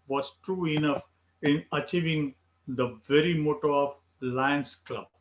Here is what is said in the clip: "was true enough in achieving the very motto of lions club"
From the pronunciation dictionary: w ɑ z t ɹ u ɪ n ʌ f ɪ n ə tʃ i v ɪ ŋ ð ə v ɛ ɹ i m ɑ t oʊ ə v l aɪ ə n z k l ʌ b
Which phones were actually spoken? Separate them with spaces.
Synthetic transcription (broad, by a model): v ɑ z t ɹ u ɪ n ʌ f ɪ n ə tʃ i v ɪ ŋ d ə v ɛ ɹ i m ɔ t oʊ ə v l aɪ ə n s k l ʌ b